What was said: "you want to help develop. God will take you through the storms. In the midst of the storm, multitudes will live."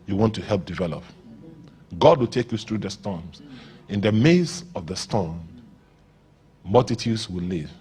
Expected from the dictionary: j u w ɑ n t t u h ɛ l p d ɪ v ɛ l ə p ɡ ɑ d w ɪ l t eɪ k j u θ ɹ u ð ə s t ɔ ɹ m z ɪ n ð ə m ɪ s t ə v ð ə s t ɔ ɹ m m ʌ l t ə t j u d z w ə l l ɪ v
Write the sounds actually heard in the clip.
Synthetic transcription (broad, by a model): j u w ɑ n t t u h ɛ l p d ɪ v ɛ l ə p ɡ ɑ d w ɪ l t eɪ k j u θ ɹ u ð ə s t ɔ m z ɪ n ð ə m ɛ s ə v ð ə s t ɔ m m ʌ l t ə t j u d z w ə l l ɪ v